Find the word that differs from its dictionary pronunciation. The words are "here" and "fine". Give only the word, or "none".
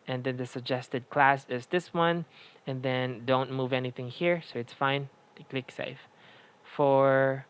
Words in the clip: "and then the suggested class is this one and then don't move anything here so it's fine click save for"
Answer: none